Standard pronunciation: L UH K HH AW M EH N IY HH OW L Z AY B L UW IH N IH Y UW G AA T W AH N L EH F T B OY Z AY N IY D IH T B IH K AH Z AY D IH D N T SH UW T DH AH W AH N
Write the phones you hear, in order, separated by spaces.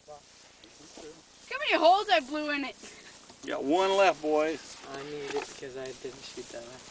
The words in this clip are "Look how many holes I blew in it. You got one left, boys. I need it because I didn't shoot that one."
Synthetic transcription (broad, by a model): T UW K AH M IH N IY HH OW L Z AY B L UW IH N IH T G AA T W AH N L EH F T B OY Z AY N IY D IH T B IH K AH Z AY D IH D N T SH UW T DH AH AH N